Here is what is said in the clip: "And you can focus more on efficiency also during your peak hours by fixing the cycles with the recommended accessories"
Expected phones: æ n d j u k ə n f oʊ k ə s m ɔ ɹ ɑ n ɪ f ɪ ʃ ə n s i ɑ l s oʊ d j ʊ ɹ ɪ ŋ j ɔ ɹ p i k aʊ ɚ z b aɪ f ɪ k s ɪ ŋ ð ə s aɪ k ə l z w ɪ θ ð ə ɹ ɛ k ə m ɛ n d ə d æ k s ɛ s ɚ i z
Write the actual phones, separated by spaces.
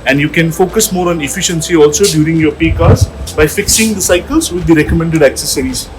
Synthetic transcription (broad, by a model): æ n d j u k ə n f oʊ k ə s m ɔ ɹ ɑ n ɪ f ɪ ʃ ə n s i ɑ l s oʊ d j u ɹ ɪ ŋ j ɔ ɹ p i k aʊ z b aɪ f ɪ k s ɪ ŋ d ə s aɪ k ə l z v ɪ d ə ɹ ɛ k ə m ɛ n d ə d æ k s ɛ s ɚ i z